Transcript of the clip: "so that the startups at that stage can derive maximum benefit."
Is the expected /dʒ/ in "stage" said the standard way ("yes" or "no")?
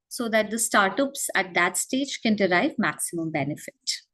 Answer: yes